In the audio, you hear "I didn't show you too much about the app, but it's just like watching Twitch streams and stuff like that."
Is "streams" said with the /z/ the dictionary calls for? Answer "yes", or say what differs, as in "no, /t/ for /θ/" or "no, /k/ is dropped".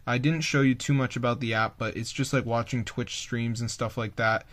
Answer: yes